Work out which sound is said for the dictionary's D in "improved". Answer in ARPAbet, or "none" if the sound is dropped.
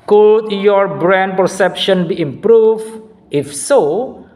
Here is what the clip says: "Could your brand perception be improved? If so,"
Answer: none